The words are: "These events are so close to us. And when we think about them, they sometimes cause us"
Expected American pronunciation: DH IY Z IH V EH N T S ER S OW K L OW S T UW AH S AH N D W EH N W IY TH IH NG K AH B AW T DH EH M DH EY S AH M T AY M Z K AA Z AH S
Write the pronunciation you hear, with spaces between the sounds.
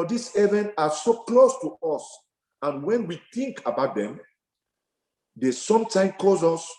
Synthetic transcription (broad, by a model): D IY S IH V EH N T AA S OW K L OW S T UW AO S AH N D W EH N W IY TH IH NG K AH B AW T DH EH M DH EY S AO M T AY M K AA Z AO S